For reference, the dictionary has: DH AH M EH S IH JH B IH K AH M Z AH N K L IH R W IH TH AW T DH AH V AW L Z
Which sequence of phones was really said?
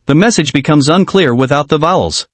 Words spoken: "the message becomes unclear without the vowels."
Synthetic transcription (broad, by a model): DH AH M EH S IH JH B IH K AH M Z AH N K L IH R W IH TH AW T DH AH V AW L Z